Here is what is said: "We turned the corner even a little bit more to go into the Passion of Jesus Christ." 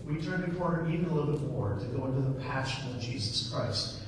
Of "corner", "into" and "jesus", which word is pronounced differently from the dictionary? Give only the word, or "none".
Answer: corner